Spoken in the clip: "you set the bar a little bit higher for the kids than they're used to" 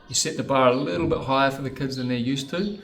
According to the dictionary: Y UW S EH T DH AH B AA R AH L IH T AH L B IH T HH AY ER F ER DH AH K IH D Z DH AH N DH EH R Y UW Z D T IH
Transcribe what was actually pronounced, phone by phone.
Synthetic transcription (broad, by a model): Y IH S EH T DH AH B AA R AH L IH T L B IH T HH AY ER F ER DH AH K IH D Z DH AH N DH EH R Y UW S T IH